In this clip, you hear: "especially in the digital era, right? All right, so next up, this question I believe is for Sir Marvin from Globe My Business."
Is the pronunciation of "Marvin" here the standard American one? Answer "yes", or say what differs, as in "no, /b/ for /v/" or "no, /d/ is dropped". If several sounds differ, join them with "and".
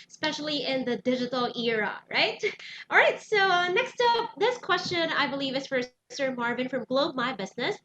yes